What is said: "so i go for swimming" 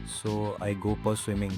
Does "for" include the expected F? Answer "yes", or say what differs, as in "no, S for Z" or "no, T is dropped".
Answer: no, P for F